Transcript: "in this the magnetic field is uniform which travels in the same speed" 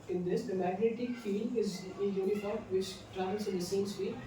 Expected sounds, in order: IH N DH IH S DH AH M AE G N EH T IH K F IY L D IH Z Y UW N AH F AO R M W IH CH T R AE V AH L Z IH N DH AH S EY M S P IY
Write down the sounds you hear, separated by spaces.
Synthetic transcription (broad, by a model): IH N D IH S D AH M AE G N EH T IH K F IY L IH Z Y UW N AH F AO R M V IH CH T R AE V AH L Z IH N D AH S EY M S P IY